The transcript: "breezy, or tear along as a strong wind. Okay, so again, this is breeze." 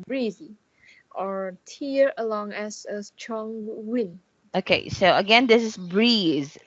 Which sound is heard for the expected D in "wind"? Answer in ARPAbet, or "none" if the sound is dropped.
none